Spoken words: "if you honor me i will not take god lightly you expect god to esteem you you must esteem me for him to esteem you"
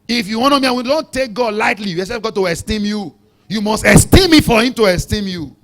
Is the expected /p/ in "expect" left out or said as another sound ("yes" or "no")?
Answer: yes